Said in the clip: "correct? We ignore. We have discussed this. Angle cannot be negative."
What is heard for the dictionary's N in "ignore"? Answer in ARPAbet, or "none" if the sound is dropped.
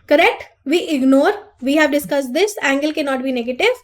N